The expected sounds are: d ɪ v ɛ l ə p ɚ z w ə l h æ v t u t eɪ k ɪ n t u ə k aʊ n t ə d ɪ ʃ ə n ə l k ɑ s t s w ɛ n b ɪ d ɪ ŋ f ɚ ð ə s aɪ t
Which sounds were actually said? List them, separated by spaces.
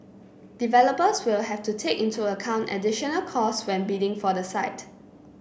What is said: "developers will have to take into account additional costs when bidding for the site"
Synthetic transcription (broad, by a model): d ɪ v ɛ l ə p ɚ s w ə l h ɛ f t u t eɪ k ɪ n t u ə k aʊ n t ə d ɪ ʃ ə n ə l k ɑ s s w ɛ n b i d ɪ ŋ f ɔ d ə s aɪ t